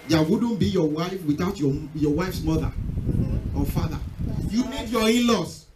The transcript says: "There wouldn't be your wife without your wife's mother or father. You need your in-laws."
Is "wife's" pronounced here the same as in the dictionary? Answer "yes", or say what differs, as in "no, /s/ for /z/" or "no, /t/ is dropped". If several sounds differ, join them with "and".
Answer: yes